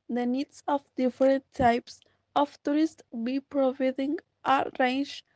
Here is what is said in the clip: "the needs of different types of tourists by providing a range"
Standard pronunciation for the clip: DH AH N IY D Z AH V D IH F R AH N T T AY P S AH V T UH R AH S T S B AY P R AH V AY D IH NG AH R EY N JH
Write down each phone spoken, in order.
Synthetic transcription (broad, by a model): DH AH N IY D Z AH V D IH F R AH N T T AY P S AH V T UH R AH S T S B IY P R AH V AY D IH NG AH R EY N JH